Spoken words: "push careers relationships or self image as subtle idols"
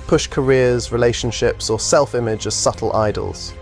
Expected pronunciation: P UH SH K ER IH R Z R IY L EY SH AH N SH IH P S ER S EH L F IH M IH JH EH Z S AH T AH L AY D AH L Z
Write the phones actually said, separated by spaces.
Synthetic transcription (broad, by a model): P UH SH K ER IH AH Z R IY L EY SH AH N SH IH P S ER S EH L F IH M IH JH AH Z S AH T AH L AY D AH L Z